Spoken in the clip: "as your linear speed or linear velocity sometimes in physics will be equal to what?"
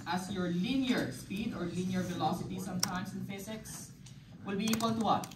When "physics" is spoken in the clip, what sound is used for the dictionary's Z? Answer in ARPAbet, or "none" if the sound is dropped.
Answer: S